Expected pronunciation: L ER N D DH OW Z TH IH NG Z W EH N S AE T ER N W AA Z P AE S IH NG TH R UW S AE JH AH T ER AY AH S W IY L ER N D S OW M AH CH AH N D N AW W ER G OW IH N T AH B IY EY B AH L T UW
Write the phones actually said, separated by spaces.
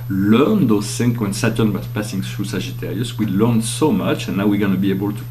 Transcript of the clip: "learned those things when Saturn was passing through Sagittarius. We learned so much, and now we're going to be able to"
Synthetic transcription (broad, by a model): L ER N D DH OW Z S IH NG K W EH N S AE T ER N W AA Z P AE S IH NG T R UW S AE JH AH T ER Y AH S W IY L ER N S OW M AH CH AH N N AW W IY G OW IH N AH B IY EY B AH L T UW